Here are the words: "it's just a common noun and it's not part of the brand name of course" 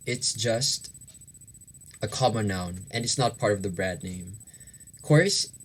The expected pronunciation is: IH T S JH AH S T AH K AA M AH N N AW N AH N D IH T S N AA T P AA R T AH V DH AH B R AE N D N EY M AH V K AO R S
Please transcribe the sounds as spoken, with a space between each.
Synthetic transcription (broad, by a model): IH T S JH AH S T AH K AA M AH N N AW N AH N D IH T S N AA T P AA R T AH V DH AH B R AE D N EY AH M K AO R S